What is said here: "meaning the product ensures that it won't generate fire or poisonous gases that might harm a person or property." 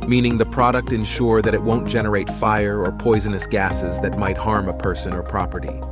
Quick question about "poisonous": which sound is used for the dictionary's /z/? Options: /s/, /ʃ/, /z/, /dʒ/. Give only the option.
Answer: /z/